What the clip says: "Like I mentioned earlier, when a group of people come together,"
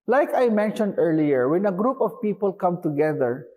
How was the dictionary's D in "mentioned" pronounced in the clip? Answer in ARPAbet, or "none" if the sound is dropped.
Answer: D